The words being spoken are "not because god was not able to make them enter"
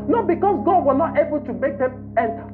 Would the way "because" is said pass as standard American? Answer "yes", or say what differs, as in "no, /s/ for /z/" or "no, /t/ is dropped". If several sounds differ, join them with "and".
no, /s/ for /z/